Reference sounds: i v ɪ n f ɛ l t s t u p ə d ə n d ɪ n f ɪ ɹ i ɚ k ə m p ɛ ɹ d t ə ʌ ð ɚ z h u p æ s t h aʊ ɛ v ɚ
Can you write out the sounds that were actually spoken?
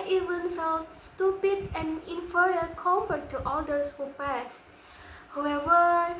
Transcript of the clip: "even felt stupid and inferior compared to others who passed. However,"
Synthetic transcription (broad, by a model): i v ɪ n f ɛ l t s t u p ə d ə n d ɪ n f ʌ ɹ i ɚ k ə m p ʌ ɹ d t ə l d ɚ s h u p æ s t h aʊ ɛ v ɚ